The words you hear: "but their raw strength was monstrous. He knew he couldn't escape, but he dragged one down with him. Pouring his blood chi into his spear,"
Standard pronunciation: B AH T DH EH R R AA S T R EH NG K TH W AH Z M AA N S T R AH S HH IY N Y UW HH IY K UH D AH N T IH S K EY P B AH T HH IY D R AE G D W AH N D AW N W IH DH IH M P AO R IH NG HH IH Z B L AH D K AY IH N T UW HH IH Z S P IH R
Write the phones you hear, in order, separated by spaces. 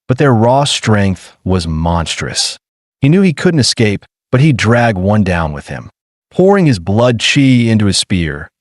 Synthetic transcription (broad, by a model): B AH T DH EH R R AA S T R EH NG K TH W AH Z M AA N S T R AH S HH IY N Y UW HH IY K UH D N T IH S K EY P B AH T HH IY D R AE G D W AH N D AW N W IH DH IH M P AO R IH NG IH Z B L AH D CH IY IH N T UW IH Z S P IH R